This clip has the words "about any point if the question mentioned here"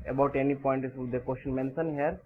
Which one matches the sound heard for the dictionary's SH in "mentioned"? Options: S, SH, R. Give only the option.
S